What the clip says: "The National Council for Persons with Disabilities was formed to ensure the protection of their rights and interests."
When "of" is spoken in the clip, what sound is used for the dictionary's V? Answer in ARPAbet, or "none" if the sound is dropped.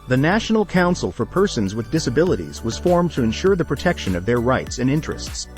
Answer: V